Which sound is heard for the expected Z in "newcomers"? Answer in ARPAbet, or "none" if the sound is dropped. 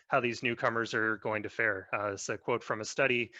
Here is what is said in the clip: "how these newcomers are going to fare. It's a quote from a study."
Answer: Z